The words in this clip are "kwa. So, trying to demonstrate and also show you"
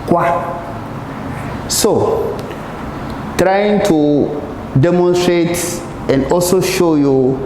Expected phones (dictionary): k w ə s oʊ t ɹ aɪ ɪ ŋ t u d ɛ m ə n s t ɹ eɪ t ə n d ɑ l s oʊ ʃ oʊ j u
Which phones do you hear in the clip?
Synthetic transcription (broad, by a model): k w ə s oʊ t ɹ aɪ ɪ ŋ t u d ɛ m ə n s t ɹ eɪ t ə n d ɑ l s oʊ ʃ oʊ j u